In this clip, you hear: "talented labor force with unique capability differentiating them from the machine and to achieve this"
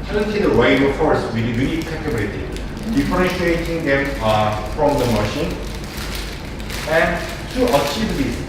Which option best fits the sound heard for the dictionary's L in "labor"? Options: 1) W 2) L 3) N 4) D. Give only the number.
1